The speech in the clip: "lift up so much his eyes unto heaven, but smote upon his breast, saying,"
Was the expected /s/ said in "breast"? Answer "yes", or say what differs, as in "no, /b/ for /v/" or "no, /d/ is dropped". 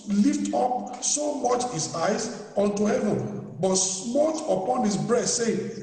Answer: no, /s/ is dropped